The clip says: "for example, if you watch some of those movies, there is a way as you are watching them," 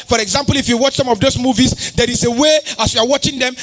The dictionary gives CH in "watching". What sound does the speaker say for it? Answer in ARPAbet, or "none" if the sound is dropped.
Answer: CH